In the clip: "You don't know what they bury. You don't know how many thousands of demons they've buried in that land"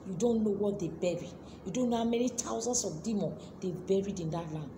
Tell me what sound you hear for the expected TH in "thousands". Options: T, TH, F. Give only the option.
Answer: T